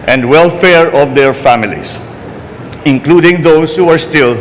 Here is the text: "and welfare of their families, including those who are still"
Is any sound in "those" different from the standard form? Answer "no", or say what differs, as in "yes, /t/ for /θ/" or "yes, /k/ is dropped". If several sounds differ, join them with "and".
yes, /s/ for /z/